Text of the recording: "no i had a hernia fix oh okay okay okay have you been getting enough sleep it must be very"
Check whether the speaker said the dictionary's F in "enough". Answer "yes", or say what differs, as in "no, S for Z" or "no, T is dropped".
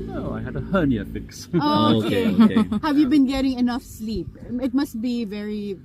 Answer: yes